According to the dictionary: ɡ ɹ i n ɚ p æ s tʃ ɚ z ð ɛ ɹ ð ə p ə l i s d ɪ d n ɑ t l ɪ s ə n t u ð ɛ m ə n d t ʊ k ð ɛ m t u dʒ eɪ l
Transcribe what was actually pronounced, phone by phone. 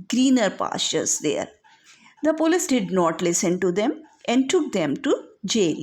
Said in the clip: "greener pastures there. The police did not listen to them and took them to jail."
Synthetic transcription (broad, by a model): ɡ ɹ i n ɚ p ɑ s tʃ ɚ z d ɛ ɹ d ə p ə l i s d ɪ d n ɑ t l ɪ s ə n t u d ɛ m ə n d t ʊ k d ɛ m t u dʒ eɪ l